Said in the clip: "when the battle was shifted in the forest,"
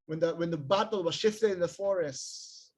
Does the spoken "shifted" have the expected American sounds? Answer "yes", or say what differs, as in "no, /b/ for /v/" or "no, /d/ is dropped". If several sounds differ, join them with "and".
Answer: yes